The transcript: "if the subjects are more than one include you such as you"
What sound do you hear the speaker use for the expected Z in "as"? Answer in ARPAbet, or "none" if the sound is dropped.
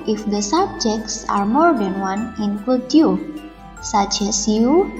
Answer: S